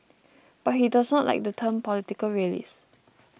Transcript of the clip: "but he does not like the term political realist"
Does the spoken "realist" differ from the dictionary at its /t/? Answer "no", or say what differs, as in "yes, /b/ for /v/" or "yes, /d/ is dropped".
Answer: yes, /t/ is dropped